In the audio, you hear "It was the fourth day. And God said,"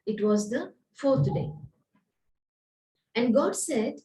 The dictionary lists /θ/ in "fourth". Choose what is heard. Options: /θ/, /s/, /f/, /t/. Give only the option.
/t/